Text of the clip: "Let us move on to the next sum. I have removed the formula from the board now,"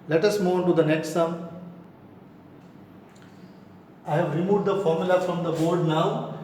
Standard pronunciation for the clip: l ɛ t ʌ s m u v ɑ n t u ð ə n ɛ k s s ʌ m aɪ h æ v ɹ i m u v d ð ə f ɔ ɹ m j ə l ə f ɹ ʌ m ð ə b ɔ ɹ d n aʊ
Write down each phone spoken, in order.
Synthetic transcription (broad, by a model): l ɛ t ʌ s m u ɑ n t u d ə n ɛ k s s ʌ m aɪ h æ v ɹ i m u v d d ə f ɔ ɹ m j ə l ə f ɹ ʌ m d ə b ɔ ɹ d n aʊ